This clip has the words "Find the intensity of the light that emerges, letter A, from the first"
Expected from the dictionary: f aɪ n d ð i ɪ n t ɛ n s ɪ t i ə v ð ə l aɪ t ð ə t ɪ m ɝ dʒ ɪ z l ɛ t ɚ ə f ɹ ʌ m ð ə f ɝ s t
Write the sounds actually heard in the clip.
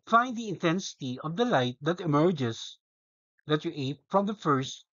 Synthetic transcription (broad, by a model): f aɪ n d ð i ɪ n t ɛ n s ɪ t i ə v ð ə l aɪ t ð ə t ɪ m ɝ dʒ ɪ s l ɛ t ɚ ə f ɹ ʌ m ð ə f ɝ s t